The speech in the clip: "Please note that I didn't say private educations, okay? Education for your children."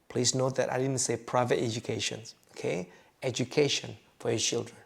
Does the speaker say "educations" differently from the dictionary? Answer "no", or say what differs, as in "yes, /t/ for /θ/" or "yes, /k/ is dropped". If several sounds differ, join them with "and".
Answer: yes, /z/ is dropped